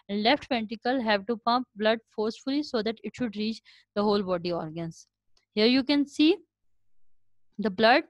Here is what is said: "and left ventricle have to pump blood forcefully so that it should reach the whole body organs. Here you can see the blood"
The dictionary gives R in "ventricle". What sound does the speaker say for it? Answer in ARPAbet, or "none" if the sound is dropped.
none